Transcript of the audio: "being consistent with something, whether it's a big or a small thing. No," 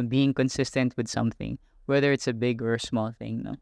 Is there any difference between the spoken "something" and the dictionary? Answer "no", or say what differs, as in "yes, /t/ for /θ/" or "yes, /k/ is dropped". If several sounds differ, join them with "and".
no